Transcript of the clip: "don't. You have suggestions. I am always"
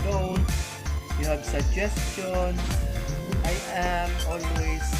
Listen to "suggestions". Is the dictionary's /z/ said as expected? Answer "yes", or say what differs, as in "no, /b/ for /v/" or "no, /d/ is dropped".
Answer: no, /z/ is dropped